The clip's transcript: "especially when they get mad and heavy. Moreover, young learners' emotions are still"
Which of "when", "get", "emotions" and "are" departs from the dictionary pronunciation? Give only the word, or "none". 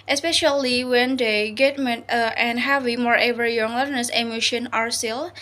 emotions